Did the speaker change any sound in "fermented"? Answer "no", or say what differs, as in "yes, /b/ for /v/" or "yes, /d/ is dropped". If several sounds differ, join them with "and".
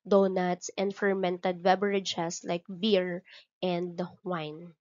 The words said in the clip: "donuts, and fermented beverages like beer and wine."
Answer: no